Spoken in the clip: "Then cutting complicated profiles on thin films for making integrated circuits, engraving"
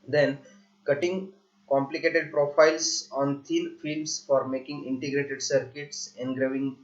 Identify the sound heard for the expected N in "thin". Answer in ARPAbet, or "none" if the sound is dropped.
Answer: L